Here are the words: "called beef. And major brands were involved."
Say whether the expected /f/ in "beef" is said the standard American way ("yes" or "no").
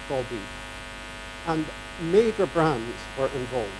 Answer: no